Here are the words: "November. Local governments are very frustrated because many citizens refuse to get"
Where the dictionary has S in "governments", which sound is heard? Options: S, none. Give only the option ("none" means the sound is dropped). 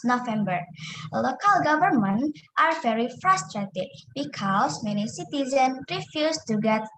none